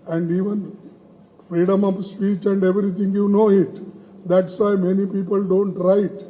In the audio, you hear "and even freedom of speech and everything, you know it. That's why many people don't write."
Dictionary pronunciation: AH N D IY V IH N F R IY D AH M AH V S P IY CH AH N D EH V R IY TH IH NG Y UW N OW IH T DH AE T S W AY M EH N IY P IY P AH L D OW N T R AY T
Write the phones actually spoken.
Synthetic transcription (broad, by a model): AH N D IY V IH N F R IY D AH M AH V S P IY CH AH N D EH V R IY T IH NG Y UW N OW IH T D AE T S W AY M EH N IY P IY P AH L D OW N T R AY T